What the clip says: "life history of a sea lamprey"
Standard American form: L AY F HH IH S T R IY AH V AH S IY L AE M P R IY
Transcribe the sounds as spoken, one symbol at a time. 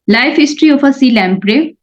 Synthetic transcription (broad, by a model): L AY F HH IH S T R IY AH P AH S IY L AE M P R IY